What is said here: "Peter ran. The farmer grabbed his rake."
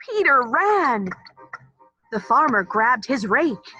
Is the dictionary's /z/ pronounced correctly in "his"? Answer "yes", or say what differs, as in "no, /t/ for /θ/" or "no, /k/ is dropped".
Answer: yes